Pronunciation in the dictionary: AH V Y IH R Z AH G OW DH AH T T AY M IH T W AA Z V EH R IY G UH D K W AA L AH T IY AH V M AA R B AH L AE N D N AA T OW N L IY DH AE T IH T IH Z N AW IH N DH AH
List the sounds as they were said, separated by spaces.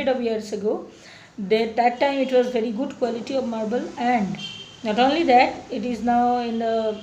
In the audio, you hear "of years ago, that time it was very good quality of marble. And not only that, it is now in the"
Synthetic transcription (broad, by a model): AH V Y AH R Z AH G OW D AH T T AY M IH T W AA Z V EH R IY G UH D K W AA L AH T IY AH V M AA R B AH L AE N D N AA T OW N L IY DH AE T IH T IH Z N AW IH N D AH